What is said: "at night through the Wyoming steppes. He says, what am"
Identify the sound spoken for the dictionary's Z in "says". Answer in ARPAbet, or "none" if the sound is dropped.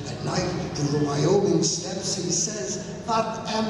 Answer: Z